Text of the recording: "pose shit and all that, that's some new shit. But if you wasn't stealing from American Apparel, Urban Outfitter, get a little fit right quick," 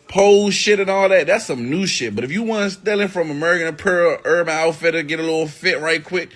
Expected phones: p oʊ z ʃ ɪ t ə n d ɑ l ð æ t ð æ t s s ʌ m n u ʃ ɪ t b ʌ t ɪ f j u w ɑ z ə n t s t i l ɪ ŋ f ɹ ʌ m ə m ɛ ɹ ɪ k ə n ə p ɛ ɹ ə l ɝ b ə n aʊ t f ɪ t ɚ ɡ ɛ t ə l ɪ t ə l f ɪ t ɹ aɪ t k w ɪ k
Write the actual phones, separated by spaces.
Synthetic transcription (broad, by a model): p oʊ ʃ ɪ t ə n ɑ l ð æ t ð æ t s s ʌ m n u ʃ ɪ t b ʌ t ɪ f j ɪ w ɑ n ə s t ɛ l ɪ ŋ f ɹ ʌ m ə m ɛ ɹ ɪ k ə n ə p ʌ ɹ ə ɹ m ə ɪ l f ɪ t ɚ ɡ ɛ t ə l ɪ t l f ɪ t ɹ aɪ t k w ɪ k